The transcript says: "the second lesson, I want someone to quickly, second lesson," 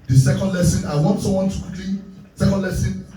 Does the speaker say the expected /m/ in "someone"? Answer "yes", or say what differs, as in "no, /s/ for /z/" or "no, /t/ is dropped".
no, /m/ is dropped